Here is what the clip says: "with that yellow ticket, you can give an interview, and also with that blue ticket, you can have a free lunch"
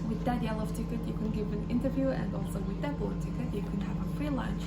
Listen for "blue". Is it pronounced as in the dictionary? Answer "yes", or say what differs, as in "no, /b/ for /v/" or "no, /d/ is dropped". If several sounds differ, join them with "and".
no, /l/ is dropped